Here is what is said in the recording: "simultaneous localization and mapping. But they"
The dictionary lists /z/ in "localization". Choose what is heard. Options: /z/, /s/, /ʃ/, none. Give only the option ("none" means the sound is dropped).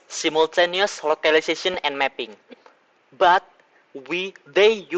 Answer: /s/